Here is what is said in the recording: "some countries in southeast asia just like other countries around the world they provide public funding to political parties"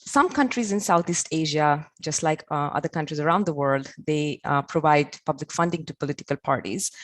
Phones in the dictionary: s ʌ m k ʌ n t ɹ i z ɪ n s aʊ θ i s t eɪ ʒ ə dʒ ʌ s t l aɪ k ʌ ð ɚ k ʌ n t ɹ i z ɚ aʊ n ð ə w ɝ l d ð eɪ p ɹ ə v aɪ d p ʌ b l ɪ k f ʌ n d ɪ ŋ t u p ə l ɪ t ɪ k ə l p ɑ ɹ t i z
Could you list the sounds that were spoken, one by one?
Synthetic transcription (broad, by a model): s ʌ m k ʌ n t ɹ i z ɪ n s aʊ t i s t eɪ ʒ ə dʒ ʌ s t l aɪ k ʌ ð ɚ k ʌ n t ɹ i z ɚ aʊ n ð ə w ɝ l d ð eɪ p ɹ ə v aɪ d p ʌ b l ɪ k f ʌ n d ɪ ŋ t u p ə l ɪ t ɪ k ə l p ɑ ɹ t i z